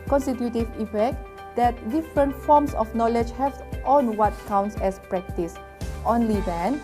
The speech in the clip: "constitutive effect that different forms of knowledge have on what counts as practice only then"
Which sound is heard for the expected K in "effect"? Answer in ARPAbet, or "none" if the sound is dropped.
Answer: K